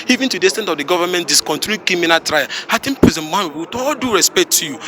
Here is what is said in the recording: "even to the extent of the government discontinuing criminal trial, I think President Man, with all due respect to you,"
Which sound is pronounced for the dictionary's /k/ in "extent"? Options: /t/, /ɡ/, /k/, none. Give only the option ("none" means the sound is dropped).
none